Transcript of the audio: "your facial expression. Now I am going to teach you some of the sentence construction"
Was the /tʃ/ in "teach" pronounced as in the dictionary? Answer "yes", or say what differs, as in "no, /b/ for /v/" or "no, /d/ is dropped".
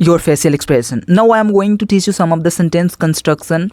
yes